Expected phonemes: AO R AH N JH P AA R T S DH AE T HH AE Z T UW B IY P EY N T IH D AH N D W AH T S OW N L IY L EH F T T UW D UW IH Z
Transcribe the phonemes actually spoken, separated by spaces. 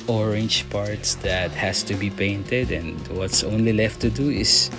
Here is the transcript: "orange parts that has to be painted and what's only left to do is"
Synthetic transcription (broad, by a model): AO R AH N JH P AA R T S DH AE T HH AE S T UW B IY P EY N T IH D AH N D W AH T S OW N L IY L EH F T T UW D UW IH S